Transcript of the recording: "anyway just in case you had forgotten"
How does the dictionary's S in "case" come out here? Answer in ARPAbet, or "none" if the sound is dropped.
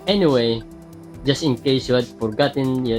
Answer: none